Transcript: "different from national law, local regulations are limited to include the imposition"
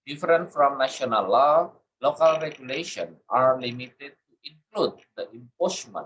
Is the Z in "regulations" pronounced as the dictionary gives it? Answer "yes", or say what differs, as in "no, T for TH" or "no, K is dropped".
no, Z is dropped